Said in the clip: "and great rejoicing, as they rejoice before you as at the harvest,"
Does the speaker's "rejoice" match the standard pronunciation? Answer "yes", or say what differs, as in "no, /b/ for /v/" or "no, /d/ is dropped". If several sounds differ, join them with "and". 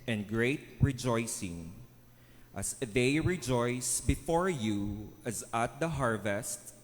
yes